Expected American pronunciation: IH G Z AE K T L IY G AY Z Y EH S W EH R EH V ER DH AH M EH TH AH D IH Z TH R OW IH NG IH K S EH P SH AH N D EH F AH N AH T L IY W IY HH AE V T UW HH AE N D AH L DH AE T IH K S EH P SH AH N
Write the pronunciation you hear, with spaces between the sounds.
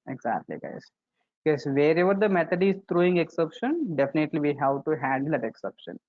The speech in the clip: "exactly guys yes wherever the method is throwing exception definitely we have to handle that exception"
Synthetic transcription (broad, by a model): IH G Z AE K T L IY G AY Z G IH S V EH R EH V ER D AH M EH T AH D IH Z T R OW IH NG IH K S EH P SH AH N D EH F AH N AH T L IY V IY HH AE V T UW HH AE N D AH L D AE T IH K S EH P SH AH N